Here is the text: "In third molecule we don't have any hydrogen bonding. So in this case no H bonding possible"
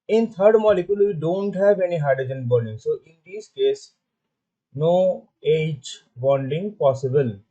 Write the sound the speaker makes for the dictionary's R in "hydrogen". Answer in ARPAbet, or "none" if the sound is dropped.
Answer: none